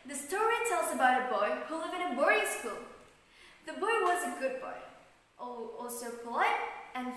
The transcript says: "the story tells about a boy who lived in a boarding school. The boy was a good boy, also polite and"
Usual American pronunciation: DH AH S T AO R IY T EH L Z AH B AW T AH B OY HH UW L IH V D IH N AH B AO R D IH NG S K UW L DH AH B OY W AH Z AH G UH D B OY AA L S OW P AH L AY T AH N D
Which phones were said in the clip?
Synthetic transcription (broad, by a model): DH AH S T AO R IY T EH L Z AH B AW T AH B OY HH UW L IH V IH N AH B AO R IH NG S K UW L DH AH B OY W AH Z AH G UH D B OY AA L S OW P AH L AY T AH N